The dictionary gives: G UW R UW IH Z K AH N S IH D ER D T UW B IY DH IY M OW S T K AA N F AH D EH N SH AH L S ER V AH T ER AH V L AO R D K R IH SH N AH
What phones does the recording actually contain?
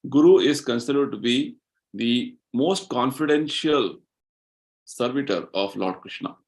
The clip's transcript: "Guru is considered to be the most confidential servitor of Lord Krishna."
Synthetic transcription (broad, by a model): G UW R UW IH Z K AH N S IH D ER D T UW B IY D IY M OW S T K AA N F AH D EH N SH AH L S ER V AH T ER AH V L AO R D K R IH SH N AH